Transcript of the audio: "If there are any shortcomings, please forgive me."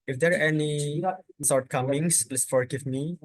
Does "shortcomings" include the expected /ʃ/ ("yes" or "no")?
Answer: no